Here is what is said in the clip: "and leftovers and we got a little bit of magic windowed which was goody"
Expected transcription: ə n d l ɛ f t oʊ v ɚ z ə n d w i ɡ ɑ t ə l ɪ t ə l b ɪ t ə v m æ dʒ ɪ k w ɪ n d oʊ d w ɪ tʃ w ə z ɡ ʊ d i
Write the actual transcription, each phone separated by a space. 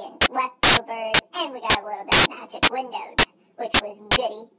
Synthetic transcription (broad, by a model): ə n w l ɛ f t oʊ b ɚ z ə n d w i ɡ ɑ t ə l ɪ t l b ɪ t m æ dʒ ɪ k w ɪ n d oʊ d w ɪ tʃ w ə z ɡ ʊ d i